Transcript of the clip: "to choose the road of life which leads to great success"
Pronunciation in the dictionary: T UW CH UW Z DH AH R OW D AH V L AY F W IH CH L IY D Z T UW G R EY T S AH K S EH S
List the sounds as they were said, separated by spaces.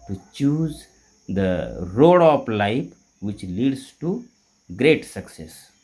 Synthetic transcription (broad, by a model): T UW CH UW Z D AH R OW D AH P L AY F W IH CH L IY D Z T UW G R EY T S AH K S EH S